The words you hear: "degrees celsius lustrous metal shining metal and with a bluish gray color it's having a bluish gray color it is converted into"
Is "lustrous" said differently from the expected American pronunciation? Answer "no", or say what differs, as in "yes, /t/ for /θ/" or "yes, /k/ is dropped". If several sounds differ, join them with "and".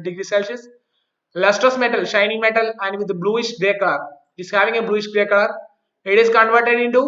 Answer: no